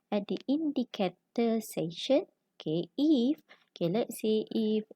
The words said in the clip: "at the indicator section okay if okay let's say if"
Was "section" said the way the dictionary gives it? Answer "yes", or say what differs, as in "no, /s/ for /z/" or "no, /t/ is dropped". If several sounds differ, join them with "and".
no, /k/ is dropped